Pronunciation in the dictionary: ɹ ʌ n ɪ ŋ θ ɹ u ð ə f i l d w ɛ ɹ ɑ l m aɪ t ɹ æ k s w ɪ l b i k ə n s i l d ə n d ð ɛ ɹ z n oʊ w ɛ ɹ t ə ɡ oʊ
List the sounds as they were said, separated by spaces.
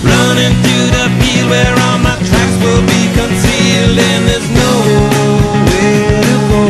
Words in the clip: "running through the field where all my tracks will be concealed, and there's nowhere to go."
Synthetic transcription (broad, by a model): ɹ ʌ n ɪ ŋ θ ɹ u ð ə p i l w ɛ ɹ ɑ l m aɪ t ɹ æ k s w ɪ l b i k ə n s i l d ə n ð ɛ ɹ z n oʊ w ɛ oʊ